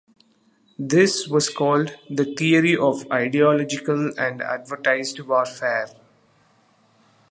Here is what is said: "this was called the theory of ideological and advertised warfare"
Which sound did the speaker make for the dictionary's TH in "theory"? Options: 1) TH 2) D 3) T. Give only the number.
3